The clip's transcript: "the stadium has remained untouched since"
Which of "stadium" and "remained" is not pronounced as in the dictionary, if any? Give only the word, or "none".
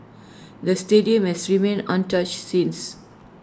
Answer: remained